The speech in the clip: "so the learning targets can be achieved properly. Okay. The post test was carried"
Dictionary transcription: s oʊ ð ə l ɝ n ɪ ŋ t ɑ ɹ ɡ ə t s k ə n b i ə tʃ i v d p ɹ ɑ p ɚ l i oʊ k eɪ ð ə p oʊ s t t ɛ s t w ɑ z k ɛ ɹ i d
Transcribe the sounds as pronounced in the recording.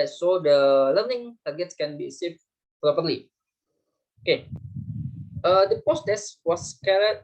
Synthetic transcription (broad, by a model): s oʊ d ə l ɝ n ɪ ŋ t ɑ ɹ ɡ ə t s k ə n b i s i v p ɹ ɑ p ɚ l i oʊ k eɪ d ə p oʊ s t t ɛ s w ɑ s k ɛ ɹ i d